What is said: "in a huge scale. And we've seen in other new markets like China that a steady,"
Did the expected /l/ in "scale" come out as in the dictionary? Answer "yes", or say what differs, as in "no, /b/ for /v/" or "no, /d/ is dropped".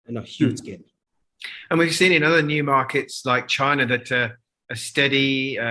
no, /n/ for /l/